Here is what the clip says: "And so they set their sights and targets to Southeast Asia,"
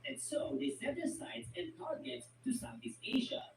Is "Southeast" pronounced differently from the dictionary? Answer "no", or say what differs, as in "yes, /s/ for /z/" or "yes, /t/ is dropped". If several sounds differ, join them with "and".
yes, /t/ is dropped